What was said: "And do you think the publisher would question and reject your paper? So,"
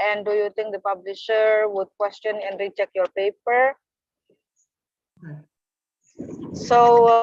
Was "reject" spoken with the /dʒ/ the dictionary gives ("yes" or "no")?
no